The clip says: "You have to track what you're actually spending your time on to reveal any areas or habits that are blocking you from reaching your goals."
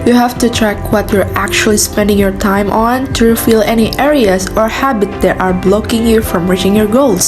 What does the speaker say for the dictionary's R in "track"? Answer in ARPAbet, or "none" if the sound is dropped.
R